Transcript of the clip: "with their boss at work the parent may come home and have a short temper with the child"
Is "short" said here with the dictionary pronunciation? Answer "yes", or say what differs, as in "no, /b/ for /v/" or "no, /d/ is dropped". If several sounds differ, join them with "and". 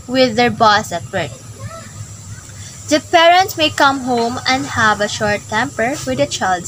yes